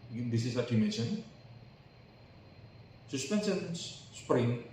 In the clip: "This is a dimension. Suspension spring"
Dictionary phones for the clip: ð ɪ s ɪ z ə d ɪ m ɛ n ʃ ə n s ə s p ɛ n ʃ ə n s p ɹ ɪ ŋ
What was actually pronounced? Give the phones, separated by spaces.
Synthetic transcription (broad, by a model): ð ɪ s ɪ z ə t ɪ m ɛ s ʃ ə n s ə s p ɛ n s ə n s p ɹ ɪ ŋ